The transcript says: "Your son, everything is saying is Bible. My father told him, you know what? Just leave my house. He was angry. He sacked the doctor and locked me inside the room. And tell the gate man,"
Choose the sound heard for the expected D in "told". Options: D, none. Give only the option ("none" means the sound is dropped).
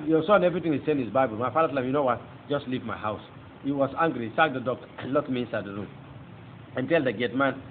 none